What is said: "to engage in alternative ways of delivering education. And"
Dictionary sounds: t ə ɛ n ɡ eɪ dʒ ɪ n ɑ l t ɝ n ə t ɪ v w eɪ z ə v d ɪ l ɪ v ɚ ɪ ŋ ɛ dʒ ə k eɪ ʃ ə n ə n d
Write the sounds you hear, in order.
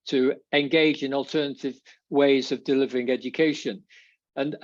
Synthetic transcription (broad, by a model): t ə ɛ n ɡ eɪ dʒ ɪ n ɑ l t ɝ n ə t ɪ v w eɪ z ə v d ɪ l ɪ v ɚ ɪ ŋ ɛ dʒ ə k eɪ ʃ ə n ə n